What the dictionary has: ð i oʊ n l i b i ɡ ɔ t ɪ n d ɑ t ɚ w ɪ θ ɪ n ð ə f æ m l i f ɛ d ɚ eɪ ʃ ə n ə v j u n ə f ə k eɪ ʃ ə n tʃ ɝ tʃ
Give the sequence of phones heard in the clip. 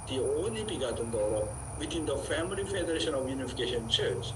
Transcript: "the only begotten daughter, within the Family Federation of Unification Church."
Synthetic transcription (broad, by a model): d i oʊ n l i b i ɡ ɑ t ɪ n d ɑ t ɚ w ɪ t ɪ n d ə f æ m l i f ɛ d ɚ eɪ ʃ ə n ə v j u n ə f ə k eɪ ʃ ə n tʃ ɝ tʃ